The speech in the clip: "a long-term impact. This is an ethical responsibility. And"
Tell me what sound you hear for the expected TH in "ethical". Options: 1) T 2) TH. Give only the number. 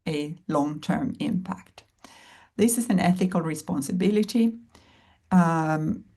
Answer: 2